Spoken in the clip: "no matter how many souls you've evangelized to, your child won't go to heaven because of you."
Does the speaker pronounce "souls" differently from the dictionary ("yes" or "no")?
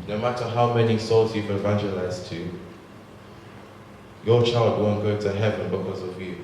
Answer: no